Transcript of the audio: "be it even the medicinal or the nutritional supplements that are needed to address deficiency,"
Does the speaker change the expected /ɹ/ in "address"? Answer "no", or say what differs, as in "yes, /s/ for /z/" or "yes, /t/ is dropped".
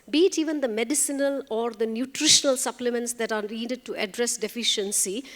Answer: no